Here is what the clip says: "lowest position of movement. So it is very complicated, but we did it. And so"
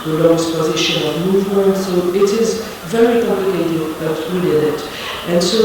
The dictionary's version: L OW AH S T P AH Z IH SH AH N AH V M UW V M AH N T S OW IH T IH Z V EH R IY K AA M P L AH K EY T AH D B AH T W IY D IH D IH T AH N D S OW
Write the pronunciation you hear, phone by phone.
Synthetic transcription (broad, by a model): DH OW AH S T P AH Z IH SH AH N AH V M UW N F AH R S OW IH T IH Z V EH R IY K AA M P L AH K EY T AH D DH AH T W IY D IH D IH T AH N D S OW